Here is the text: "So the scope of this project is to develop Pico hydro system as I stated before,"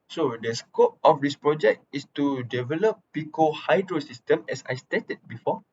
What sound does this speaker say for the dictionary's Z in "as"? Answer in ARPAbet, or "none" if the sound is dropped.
S